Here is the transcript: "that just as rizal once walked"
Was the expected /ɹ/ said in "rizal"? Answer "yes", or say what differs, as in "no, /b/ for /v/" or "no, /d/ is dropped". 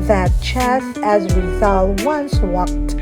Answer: no, /w/ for /ɹ/